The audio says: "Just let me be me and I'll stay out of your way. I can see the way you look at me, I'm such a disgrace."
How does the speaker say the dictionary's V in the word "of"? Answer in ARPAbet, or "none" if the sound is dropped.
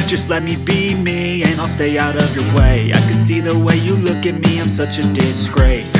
V